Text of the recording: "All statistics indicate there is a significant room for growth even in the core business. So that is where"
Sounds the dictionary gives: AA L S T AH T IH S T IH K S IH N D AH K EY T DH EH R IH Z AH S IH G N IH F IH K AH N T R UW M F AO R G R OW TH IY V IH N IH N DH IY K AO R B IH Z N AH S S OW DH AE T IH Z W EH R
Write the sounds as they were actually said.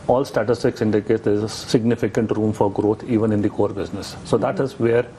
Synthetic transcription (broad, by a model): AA L S T AH T IH S T IH K S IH N D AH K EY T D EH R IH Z AH S IH G N IH F IH K AH N T R UW M F AO R G R OW T IY V IH N IH N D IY K AO R B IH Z N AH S S OW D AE T IH Z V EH R